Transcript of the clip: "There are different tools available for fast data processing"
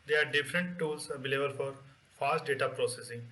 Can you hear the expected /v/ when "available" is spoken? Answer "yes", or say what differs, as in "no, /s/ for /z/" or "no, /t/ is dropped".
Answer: no, /b/ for /v/